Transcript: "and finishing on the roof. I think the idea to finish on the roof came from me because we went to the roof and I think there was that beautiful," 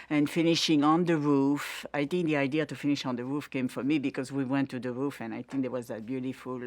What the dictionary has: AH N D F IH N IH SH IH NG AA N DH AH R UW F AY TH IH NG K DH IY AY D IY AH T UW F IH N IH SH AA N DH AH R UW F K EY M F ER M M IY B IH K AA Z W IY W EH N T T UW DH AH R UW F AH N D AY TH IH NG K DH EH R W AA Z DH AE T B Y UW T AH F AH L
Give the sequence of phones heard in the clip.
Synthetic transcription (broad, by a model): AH N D F IH N IH SH IH NG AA N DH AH R UW F AY TH IH NG K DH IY AY D IY AH T UW F IH N IH SH AA N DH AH R UW F K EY M F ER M M IY B IH K AA Z W IY W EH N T T UW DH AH R UW F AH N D AY TH IH NG K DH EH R W AA Z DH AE T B Y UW T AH F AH L